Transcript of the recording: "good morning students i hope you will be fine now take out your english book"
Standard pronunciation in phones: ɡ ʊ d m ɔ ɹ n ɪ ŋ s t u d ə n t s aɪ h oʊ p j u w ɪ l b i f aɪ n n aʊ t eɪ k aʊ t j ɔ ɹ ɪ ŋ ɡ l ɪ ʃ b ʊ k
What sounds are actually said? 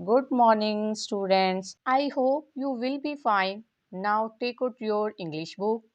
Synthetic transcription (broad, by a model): ɡ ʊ d m ɔ ɹ n ɪ ŋ s t u d ə n t s aɪ h oʊ p j u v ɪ l b i f aɪ n n aʊ t eɪ k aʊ t j ɔ ɹ ɪ ŋ ɡ l ɪ ʃ b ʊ k